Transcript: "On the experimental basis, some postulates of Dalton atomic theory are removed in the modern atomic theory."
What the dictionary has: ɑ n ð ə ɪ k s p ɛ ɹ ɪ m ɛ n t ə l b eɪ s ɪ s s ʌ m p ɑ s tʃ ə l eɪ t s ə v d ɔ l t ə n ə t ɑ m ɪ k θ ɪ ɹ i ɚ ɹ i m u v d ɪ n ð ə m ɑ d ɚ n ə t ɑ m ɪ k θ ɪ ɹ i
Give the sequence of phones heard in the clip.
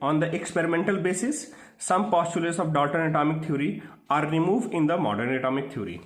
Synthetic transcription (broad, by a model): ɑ n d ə ɪ k s p ɛ ɹ ɪ m ɛ n t ə l b eɪ s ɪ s s ʌ m p ɑ s tʃ ə l eɪ t s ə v d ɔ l t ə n ə t ɑ m ɪ k t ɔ ɹ i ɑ ɹ i m u v d ɪ n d ə m ɑ d ɚ n ə t ɑ m ɪ k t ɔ ɹ i